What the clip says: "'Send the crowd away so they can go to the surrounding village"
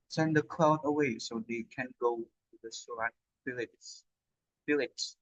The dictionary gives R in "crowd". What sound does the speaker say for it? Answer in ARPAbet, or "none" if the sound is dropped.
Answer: L